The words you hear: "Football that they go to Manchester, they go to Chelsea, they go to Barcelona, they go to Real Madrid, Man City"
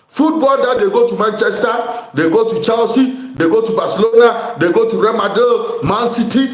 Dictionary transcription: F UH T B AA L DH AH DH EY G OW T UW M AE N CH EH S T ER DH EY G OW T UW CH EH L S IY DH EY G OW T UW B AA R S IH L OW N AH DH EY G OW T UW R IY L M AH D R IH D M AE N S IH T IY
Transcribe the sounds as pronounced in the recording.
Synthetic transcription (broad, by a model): F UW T B AA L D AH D EY G OW T UW M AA N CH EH S T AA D EY G OW T UW CH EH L S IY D EY G OW T UW B AA S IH L OW N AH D EY G OW T UW R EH M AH D IH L M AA N S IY T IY